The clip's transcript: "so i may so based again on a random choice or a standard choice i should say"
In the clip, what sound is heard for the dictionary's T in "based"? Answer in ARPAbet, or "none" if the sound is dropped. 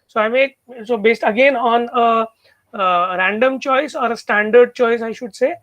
T